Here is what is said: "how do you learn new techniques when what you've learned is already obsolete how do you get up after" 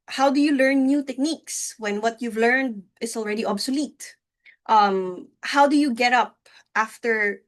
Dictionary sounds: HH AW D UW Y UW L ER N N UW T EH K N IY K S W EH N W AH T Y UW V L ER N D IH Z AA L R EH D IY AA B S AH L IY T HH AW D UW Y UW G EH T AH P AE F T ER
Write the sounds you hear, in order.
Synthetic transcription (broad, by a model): HH AW D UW Y UW L ER N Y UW T EH K N IY K S W EH N W AH T Y UW V L ER N D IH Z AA L R EH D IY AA B S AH L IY T HH AW D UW Y UW G EH T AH P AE F T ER